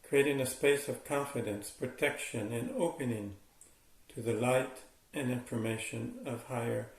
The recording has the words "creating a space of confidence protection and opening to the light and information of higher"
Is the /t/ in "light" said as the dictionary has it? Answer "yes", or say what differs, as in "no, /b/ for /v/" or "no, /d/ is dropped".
yes